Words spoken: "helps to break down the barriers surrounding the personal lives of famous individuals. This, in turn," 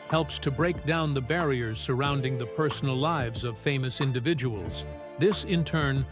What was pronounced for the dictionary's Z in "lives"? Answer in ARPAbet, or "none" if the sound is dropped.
Z